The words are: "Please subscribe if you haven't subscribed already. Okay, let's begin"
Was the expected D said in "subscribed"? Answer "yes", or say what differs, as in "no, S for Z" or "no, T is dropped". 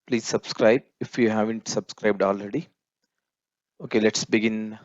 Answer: yes